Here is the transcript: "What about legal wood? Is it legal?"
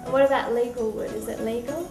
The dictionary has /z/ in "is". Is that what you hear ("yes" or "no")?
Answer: yes